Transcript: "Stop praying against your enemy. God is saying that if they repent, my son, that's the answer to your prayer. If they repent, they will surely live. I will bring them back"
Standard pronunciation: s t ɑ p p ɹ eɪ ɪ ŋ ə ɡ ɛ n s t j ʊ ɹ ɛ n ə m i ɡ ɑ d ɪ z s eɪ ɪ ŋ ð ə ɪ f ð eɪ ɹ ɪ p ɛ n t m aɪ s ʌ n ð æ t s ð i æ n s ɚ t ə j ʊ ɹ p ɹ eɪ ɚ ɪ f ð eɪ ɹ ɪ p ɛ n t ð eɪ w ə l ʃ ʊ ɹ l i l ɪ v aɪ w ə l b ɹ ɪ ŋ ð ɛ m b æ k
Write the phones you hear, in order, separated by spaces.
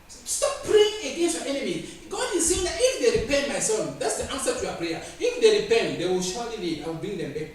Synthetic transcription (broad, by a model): s t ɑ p p ɹ eɪ ɪ ŋ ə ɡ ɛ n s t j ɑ ɛ n ə m i ɡ ɑ d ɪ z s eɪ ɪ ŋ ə ɪ f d eɪ ɹ ɪ p ɛ n t m aɪ s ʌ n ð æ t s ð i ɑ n s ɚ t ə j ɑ p ɹ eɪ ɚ ɪ f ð eɪ ɹ ɪ p ɛ n t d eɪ w ə l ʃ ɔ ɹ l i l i aɪ w ə l b ɹ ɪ ŋ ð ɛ m b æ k